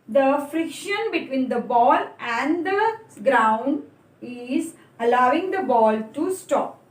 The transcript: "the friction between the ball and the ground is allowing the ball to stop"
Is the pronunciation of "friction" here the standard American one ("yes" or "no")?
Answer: yes